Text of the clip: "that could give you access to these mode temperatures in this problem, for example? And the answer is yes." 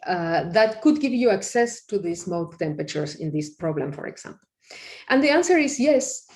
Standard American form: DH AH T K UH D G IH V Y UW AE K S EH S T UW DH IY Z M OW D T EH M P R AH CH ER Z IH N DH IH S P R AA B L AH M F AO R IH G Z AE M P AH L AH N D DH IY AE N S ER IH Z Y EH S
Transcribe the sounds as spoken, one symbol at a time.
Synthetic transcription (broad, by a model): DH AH T K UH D G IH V Y UW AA K S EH S T UW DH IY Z M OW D T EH M P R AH CH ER S IH N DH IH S P R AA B L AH M F AO R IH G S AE M P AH L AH N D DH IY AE N S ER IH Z Y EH S